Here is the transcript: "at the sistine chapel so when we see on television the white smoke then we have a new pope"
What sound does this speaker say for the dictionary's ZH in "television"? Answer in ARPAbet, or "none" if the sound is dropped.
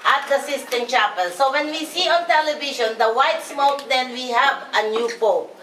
SH